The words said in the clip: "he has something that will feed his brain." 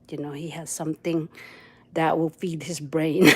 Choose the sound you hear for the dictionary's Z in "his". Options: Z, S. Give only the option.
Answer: Z